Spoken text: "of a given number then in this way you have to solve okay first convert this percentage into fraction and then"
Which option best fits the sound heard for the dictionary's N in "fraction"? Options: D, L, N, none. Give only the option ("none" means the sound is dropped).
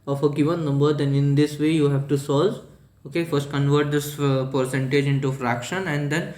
N